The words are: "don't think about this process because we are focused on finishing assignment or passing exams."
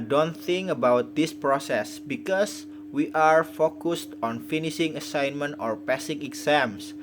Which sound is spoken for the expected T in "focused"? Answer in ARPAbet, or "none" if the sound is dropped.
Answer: T